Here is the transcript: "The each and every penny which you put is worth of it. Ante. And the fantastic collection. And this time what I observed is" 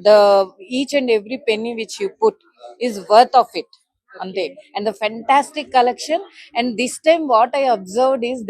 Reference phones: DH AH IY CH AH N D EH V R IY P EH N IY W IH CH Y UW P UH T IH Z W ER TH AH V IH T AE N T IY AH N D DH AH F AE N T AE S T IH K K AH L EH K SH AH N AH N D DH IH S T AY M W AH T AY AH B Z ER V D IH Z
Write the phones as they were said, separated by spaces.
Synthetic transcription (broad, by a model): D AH IY CH AH N D EH V R IY P EH N IY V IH CH Y UW P UH T IH Z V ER T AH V IH T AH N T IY AH N D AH F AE N T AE S T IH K K AH L EH K SH AH N AH N D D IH S T AY M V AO T AY AH B Z ER V D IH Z